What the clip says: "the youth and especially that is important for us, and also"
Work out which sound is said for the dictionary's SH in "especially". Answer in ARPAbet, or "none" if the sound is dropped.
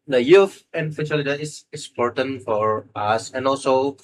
none